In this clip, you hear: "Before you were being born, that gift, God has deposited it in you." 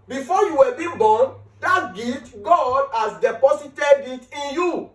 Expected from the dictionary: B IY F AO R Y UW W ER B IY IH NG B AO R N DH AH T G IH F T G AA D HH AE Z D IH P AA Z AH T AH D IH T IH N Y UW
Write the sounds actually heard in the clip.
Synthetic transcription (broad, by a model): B IY F AO Y UW W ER B IY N B AO N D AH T G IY T G AA D HH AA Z D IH P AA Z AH T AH D IH T IH N Y UW